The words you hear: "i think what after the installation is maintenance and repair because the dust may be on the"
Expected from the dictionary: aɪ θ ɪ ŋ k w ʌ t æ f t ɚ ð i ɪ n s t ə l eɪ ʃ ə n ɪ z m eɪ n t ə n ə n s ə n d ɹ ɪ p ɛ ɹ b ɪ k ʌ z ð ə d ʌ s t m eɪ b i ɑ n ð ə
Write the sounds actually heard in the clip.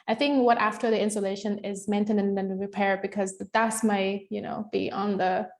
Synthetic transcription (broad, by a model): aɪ θ ɪ ŋ k w ʌ t æ f t ɚ ð i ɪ n s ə l eɪ ʃ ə n ɪ z m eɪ n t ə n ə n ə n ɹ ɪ p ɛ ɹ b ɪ k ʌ z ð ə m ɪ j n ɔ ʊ b i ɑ n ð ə